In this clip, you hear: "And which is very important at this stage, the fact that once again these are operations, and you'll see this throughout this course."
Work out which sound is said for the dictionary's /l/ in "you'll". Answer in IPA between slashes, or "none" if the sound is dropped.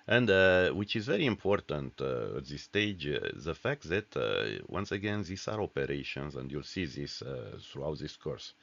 /l/